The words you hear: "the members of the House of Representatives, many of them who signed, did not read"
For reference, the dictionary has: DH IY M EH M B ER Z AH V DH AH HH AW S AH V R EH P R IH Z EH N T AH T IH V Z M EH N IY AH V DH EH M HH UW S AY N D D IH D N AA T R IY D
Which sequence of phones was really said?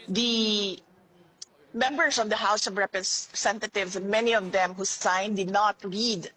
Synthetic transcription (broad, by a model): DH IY M EH M B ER S AH V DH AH HH AW S AH V R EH P R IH S EH N T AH T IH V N M EH N IY AH V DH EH M HH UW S AY N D D IH D N AA T R IY D